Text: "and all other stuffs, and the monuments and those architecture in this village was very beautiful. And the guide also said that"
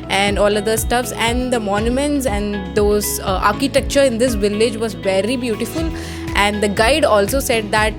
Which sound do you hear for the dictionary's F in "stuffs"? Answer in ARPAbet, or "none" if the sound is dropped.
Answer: F